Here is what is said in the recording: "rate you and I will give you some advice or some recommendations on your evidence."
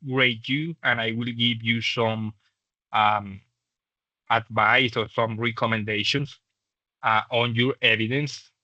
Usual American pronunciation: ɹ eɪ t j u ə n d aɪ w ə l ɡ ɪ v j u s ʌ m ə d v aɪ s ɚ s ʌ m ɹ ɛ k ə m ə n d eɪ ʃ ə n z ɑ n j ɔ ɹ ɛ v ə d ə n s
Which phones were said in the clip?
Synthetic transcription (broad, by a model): ɹ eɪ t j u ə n aɪ w ə l ɡ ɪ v j u s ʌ m ə d v aɪ s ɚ s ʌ m ɹ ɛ k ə m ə n d eɪ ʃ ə n s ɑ n j ɔ ɹ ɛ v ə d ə n s